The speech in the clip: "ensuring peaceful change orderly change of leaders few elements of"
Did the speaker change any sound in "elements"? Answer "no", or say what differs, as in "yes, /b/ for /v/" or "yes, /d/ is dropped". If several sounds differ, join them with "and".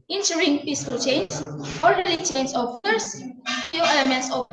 no